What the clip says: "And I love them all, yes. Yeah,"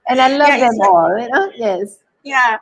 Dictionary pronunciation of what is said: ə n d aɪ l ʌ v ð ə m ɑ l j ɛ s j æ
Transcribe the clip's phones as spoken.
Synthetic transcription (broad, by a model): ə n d aɪ l ʌ v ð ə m ɑ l j ɛ s j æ